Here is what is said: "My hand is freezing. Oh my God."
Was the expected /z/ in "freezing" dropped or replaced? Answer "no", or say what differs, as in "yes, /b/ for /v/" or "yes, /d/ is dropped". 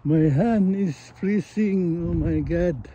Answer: yes, /s/ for /z/